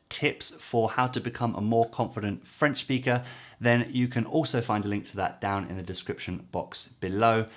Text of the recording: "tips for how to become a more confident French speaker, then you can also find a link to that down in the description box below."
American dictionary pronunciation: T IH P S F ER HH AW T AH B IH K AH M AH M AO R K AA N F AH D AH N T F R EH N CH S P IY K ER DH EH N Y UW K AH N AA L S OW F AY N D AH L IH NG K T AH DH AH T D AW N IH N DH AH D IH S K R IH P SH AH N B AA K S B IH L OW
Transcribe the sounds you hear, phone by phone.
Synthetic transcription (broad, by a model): T IH P S F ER HH AW T AH B IH K AH M AH M AO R K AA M F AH D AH N T F R EH N CH S P IY K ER DH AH N Y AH K AH N AA L S OW F AY N D AH L IH NG K T AH DH AH T D AW N IH N DH AH D IH S K R IH P SH AH N B AA K S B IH L OW